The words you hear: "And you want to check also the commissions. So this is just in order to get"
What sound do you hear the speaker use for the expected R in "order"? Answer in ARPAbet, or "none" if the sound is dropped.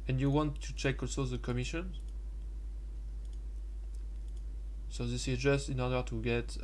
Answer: R